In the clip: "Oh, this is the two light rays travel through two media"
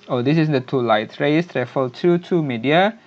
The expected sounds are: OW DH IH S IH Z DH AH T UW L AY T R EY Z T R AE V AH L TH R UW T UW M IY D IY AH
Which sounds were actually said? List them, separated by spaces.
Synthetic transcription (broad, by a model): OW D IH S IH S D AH T UW L AY T R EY S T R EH F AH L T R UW T UW M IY D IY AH